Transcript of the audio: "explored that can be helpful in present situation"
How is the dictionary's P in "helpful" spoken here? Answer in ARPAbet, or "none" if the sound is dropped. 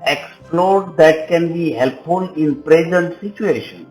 P